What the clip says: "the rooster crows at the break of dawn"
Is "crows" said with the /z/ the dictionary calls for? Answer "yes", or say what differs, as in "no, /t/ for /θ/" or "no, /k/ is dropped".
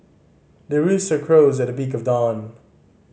yes